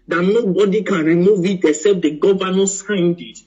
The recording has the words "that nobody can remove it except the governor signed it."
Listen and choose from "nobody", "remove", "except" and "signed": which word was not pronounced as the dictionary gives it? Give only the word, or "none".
except